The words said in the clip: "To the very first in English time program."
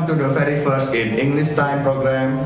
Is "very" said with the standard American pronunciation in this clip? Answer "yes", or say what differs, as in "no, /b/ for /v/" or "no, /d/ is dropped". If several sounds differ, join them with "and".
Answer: no, /f/ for /v/